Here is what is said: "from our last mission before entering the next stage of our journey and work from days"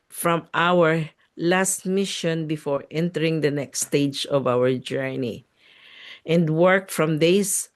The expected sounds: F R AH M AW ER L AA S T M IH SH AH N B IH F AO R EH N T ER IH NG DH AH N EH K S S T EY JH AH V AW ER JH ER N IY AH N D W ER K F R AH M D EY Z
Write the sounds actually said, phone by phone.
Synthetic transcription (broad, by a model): F R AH M AW ER L AA S T M IH SH AH N B IH F AO R EH N T ER IH NG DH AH N EH K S S T EY JH AH V AW ER JH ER N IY AH N D W ER K F R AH M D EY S